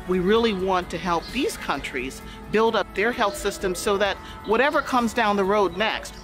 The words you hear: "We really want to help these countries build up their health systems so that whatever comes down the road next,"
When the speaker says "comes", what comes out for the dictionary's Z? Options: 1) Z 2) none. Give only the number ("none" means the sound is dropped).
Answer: 1